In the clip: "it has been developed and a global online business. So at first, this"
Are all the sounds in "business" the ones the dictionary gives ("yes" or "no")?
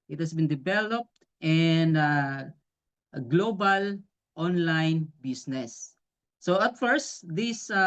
no